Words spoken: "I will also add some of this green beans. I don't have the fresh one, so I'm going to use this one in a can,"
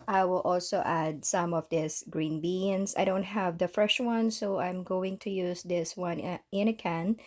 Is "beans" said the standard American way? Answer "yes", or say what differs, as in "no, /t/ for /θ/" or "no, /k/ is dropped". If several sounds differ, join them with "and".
no, /s/ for /z/